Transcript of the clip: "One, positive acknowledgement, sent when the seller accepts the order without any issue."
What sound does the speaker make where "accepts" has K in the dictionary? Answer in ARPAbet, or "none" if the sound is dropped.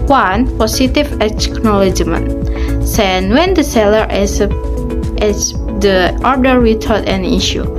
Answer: none